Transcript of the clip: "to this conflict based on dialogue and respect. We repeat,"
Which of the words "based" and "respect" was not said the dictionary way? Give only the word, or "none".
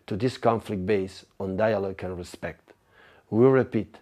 based